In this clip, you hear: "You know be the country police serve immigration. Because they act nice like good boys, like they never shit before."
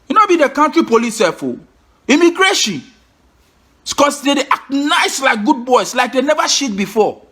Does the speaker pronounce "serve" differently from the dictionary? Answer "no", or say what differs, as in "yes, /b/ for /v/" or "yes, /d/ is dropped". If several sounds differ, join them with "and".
yes, /v/ is dropped